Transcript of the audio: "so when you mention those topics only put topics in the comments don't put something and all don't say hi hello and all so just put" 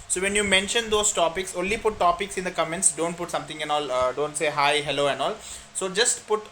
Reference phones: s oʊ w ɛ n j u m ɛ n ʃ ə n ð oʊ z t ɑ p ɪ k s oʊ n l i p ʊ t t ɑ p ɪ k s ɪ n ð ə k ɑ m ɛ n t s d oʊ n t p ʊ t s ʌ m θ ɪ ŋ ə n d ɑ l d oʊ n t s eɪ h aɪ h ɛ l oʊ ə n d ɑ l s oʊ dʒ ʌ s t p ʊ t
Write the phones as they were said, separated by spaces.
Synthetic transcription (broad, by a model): s oʊ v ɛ n j u m ɛ n ʃ ə n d oʊ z t ɑ p ɪ k s oʊ n l i p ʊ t t ɑ p ɪ k s ɪ n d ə k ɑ m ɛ n t s d oʊ n t p ʊ t s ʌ m t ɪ ŋ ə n ɑ l d oʊ n t s eɪ h aɪ h ɛ l oʊ ə n d ɑ l s oʊ dʒ ʌ s t p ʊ t